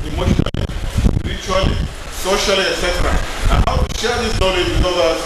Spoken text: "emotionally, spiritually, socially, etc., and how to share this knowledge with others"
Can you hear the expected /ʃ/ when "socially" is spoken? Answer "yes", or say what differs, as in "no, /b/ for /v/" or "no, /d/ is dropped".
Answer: yes